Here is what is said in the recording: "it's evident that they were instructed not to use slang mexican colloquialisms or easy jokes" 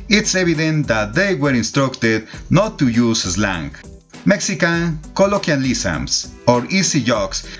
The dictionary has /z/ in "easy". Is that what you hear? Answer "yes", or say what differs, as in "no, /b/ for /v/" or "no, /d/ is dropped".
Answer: no, /s/ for /z/